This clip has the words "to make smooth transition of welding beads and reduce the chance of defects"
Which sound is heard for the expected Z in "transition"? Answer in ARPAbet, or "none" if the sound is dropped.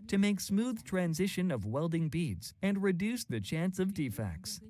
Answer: Z